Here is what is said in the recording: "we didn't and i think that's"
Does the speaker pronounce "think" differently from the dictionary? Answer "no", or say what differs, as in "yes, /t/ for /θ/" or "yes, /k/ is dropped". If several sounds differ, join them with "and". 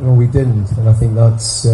no